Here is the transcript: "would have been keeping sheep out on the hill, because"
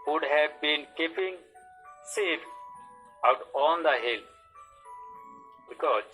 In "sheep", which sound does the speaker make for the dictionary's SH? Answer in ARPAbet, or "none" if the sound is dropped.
S